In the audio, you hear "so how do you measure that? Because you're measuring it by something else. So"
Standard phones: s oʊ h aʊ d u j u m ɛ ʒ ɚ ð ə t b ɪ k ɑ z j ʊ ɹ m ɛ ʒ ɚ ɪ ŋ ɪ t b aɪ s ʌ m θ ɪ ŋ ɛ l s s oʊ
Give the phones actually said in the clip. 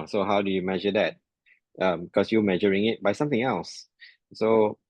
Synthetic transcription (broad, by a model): s oʊ h aʊ d u j u m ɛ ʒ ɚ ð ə t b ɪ k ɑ s j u m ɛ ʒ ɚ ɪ ŋ ɪ t b aɪ s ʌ m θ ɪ ŋ ɛ l s s oʊ